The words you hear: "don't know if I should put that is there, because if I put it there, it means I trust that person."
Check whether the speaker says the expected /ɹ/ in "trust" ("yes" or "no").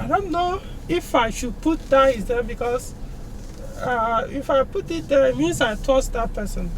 no